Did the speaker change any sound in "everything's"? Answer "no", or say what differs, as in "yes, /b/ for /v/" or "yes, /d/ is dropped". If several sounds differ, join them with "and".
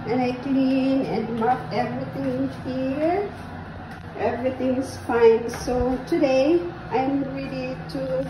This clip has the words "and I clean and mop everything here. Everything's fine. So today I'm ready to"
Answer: yes, /s/ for /z/